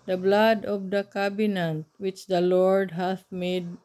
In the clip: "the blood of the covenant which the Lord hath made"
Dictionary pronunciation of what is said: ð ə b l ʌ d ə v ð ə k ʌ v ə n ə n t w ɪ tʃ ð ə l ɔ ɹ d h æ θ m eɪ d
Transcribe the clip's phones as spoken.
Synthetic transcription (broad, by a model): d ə b l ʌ d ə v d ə k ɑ b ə n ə n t w ɪ tʃ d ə l ɔ ɹ d h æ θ m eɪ d